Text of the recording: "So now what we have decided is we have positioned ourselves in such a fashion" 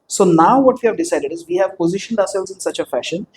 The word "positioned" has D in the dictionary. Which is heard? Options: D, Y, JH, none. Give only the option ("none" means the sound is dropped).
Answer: D